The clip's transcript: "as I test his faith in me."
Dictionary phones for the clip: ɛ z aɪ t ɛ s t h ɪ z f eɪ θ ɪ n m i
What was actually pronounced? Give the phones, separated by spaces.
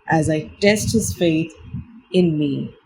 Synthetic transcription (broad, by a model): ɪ z aɪ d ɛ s t h ɪ z f eɪ θ ɪ n m i